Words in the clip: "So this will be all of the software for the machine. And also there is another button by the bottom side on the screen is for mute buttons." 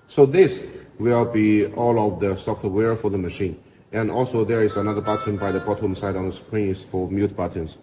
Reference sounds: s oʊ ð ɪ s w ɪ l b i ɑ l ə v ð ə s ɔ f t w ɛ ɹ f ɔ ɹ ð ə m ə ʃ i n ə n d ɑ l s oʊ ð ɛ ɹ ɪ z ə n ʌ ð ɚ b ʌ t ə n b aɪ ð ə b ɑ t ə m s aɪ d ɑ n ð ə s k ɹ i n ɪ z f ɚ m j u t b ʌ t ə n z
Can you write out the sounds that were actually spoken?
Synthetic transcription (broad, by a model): s oʊ ð ɪ s w ɪ l b i ɑ l ə v ð ə s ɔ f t w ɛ ɹ f ɔ ɹ ð ə m ə ʃ i n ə n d ɑ l s oʊ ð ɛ ɹ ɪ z ə n ʌ ð ɚ b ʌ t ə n b aɪ ð ə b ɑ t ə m s aɪ d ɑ n ð ə s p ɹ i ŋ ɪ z f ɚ m j u t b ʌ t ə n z